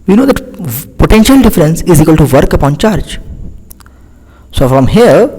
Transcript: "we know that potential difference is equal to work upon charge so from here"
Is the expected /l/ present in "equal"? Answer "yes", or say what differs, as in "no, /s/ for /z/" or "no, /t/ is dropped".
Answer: yes